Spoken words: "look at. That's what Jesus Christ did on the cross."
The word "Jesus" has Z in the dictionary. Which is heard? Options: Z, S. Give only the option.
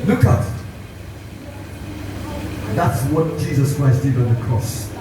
Z